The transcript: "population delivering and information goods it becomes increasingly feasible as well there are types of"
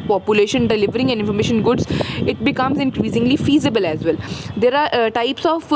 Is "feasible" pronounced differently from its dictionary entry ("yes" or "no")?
no